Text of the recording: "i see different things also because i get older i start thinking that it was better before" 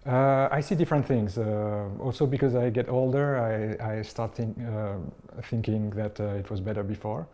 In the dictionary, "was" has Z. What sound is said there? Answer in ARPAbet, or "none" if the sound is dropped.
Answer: Z